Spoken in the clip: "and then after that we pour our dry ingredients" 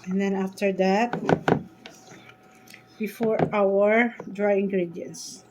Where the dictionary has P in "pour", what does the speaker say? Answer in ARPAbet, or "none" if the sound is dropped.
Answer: F